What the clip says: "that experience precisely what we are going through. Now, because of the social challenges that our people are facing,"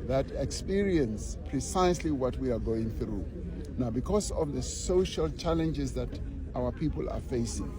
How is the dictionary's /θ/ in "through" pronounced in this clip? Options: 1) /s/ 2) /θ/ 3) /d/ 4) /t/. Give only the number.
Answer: 2